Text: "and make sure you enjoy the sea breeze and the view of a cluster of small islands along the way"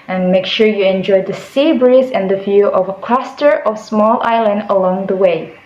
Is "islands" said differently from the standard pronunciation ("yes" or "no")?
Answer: yes